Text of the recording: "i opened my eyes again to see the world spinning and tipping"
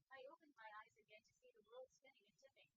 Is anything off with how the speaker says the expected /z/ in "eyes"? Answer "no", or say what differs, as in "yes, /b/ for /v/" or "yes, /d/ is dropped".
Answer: no